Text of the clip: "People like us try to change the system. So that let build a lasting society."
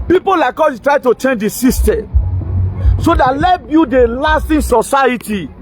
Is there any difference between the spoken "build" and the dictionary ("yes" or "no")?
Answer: yes